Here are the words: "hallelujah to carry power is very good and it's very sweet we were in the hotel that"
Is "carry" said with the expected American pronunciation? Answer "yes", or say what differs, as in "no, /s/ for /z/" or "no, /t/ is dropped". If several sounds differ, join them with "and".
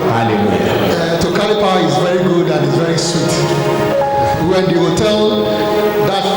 no, /l/ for /ɹ/